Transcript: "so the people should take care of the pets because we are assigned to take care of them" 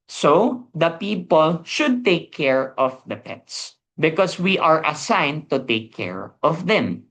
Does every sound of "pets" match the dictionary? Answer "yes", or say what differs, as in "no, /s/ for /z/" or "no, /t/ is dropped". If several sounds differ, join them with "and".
yes